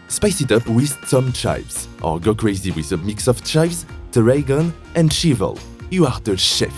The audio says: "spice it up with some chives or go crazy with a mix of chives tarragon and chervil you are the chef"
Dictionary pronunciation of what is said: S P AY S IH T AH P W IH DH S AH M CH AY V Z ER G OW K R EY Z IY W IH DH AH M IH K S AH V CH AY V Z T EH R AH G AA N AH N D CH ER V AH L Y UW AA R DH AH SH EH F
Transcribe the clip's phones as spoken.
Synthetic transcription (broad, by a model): S P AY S IH T AH P W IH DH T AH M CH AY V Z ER G OW K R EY Z IY W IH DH AH M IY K S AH F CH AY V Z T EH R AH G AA N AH N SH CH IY V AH L Y UW AA R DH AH SH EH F